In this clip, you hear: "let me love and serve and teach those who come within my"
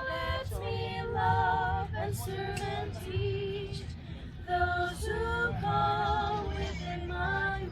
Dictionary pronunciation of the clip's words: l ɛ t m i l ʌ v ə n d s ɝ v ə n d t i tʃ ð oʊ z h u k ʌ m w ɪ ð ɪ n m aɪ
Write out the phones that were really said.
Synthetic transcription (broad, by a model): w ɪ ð m i l ʌ v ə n s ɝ ə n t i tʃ ð oʊ z h u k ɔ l w ɪ ð ɪ n m aɪ